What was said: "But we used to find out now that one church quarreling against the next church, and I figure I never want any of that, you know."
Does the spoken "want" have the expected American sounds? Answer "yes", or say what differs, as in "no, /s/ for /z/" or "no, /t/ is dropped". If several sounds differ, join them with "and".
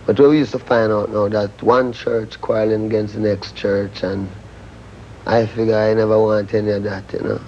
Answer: yes